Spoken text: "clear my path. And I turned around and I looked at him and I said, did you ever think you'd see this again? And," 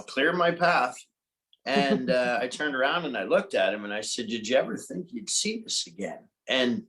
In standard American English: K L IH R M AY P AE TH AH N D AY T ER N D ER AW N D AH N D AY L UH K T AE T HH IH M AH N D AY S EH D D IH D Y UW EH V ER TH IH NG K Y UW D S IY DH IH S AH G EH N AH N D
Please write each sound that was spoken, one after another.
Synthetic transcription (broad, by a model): K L IH R M AY P AE TH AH N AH AY T ER N D ER AW N D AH N AY L UH K T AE T HH IH M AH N AY S EH D D IH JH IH EH V ER TH IH NG K Y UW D S IY DH IH S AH G EH N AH N